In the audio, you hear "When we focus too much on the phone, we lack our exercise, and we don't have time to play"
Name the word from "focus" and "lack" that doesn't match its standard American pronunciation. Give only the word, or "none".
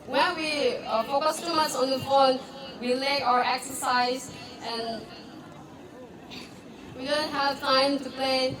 lack